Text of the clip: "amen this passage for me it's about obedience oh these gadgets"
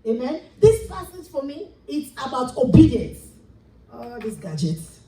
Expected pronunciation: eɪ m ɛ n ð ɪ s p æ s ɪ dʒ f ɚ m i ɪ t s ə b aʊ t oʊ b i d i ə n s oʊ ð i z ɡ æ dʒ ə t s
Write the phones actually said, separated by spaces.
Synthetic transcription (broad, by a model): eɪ m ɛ n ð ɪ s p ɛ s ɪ z f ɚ m i ɪ t s ə b aʊ t oʊ b i d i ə n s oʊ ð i s ɡ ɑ dʒ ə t